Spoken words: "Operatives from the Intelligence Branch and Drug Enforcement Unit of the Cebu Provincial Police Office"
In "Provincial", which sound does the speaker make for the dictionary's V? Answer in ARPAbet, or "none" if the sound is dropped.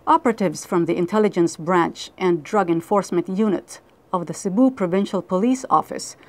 V